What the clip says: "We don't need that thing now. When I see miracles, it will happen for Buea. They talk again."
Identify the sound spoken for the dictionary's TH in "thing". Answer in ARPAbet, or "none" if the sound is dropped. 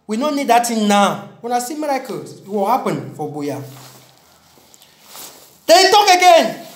T